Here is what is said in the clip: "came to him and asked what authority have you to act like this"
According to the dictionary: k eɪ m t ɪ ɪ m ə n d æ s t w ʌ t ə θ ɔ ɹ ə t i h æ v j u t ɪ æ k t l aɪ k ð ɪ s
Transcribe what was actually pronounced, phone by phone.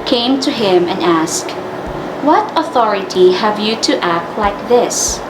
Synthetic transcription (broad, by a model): k eɪ m t ɪ ɪ m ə n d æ s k w ʌ t ə θ ɔ ɹ ə t i h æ v j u t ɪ æ k t l aɪ k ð ɪ s